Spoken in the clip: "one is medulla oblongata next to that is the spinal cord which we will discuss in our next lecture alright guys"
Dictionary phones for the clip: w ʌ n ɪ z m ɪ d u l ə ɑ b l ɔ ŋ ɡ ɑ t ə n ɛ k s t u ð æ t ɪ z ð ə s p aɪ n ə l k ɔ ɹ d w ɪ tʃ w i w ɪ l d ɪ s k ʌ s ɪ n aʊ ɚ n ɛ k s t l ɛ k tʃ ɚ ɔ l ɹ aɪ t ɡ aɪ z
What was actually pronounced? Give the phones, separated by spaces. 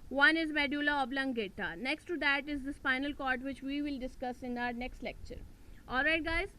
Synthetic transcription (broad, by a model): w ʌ n ɪ z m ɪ d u l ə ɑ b l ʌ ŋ ɡ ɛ t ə n ɛ k s t u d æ t ɪ z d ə s f aɪ n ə l k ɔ ɹ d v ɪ tʃ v i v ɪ l d ɪ s k ʌ s ɪ n aʊ ɚ n ɛ k s t l ɛ k tʃ ɚ ɔ l ɹ aɪ t ɡ aɪ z